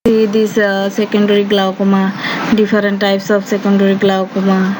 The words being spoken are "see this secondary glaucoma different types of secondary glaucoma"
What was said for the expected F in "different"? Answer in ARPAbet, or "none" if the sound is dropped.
P